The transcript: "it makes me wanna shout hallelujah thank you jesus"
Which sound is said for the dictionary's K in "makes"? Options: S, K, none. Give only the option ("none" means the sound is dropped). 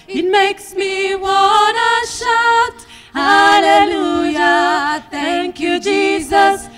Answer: K